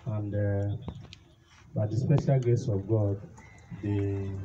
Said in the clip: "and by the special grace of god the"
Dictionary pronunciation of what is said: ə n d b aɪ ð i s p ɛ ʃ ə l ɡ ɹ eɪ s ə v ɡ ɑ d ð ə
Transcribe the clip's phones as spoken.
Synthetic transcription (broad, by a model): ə n d b aɪ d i s p ɛ ʃ ə l ɡ eɪ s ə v ɡ ɑ d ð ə